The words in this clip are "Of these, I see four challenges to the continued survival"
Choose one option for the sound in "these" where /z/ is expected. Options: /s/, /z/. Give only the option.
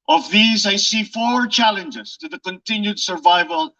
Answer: /z/